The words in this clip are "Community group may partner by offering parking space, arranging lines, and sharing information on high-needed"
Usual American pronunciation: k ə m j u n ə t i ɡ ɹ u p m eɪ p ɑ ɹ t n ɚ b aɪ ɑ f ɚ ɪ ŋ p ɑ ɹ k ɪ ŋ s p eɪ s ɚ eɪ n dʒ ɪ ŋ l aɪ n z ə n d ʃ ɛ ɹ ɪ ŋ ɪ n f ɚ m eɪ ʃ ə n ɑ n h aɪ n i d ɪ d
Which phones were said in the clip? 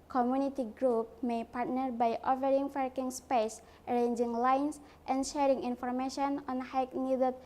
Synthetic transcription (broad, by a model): k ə m j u n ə t i ɡ ɹ u p m eɪ p ɑ ɹ t n ɚ b aɪ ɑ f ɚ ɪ ŋ f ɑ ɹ k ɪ ŋ s p eɪ s ɚ eɪ n dʒ ɪ ŋ l aɪ n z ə n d ʃ ɛ ɹ ɪ ŋ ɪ n f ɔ m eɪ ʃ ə n ɑ n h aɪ n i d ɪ